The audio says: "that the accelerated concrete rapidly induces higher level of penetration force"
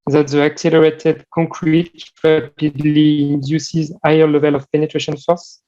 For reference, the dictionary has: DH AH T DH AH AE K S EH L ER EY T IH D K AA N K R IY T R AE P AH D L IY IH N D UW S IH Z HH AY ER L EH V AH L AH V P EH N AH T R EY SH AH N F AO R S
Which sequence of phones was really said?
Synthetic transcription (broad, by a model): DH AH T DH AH AE K S EH L ER EY T IH D K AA K R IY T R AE P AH D L IY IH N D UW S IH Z AY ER L EH V AH L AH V P EH N AH T R EY SH AH N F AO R S